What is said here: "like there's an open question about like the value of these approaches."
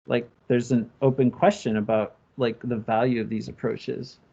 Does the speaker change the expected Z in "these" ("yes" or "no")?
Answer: no